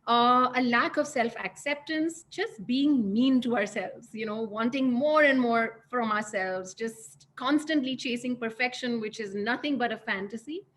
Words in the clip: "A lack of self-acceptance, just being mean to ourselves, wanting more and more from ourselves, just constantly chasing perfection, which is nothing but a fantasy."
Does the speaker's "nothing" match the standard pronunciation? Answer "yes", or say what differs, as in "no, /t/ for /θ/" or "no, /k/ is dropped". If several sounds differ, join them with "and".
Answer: no, /t/ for /θ/